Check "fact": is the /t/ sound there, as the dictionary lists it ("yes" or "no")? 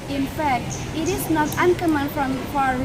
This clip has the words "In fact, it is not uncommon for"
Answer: yes